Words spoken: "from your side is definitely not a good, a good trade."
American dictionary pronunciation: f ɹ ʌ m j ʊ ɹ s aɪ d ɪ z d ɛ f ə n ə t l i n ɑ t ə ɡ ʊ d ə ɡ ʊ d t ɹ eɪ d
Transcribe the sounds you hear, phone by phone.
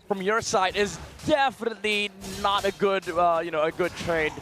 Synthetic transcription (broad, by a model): f ɹ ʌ m j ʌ ɹ s aɪ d ɪ z d ɛ f ə n ə t l i n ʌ t ə ɡ ʊ d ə ɡ ʊ d t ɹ eɪ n